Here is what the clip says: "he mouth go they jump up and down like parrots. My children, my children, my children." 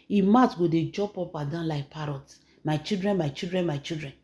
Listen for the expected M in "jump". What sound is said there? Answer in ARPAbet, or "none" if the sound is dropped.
none